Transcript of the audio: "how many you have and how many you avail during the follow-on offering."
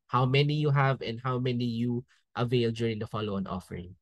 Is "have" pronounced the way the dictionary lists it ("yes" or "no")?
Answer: yes